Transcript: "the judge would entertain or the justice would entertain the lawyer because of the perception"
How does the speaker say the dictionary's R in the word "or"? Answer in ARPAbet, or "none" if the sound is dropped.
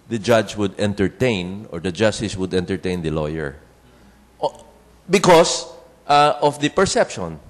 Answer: R